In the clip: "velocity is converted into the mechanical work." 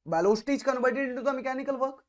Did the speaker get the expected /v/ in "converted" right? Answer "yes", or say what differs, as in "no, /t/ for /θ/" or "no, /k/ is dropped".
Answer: no, /b/ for /v/